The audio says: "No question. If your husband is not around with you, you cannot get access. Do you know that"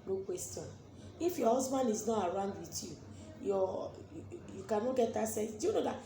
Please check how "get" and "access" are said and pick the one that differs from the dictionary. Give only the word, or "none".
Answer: access